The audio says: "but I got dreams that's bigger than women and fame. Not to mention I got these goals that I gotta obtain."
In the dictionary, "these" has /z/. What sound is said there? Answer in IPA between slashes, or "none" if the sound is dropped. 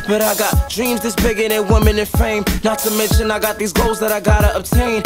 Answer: /z/